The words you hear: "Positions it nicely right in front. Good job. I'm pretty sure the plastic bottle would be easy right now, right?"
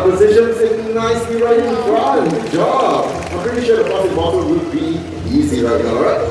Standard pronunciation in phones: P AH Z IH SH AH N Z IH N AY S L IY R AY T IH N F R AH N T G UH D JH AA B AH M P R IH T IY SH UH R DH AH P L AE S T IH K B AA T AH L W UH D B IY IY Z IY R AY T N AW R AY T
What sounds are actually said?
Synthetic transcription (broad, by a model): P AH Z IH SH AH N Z IH N AY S IY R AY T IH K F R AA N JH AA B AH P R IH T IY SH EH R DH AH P AO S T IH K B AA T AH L W UH D B IY IY Z IY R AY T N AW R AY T